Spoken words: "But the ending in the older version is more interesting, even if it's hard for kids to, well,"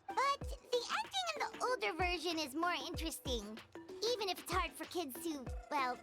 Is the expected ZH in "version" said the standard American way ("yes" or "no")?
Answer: yes